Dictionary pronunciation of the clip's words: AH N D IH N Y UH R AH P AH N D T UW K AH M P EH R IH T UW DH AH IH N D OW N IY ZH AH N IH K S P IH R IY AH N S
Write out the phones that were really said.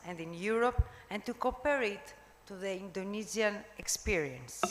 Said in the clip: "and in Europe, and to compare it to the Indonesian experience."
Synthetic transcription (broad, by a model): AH N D IH N Y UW R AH P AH N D T UW K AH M P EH R IH T UW DH AH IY N D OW N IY Z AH N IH K S P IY R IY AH N S